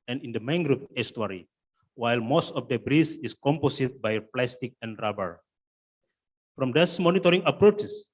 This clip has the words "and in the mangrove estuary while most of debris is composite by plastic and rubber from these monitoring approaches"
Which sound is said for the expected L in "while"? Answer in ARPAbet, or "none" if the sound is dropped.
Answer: L